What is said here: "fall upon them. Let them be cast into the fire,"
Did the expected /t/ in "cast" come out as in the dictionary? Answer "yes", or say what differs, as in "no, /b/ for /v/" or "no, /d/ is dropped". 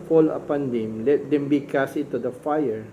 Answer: no, /t/ is dropped